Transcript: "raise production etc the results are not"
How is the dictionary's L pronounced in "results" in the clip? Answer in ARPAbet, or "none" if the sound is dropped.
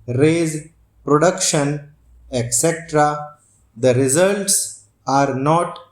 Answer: L